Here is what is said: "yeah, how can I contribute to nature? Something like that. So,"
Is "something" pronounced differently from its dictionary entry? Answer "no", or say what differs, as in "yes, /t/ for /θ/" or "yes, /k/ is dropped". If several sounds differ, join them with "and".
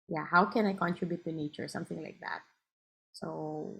no